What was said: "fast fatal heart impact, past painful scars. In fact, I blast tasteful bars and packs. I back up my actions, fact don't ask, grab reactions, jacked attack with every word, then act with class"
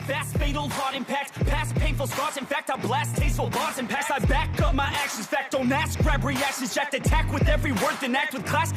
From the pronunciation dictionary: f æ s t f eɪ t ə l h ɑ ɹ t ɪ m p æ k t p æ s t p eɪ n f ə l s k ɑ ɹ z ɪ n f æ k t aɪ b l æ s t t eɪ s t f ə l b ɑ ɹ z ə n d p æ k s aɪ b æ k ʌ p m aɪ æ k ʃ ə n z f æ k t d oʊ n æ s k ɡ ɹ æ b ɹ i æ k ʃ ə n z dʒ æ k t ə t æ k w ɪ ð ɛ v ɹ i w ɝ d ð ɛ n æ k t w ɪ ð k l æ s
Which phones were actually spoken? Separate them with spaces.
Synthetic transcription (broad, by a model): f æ s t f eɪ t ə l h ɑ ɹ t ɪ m p æ k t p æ s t p eɪ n f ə l s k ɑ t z ɪ n f æ k t aɪ b l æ s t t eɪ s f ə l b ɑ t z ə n p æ k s aɪ b æ k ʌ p m aɪ æ k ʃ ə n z f æ k t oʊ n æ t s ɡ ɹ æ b ɹ i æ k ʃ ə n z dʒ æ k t ə t æ k w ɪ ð ɛ v ɹ i w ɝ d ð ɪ n æ k t w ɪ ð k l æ s